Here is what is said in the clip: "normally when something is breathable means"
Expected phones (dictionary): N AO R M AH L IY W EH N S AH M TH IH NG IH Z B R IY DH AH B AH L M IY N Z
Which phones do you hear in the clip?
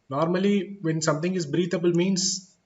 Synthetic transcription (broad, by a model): N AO R M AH L IY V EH N S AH M T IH NG IH Z B R IY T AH B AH L M IY N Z